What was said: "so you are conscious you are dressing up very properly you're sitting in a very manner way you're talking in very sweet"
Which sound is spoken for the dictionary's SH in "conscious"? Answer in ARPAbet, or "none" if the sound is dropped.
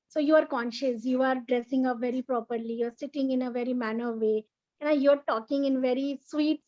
SH